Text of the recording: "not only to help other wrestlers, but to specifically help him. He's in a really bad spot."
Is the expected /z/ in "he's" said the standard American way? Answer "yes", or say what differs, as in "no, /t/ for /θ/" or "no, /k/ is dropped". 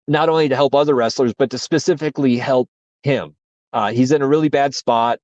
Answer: yes